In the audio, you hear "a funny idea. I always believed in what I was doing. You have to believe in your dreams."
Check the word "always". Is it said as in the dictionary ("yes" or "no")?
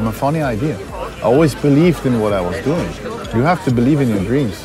yes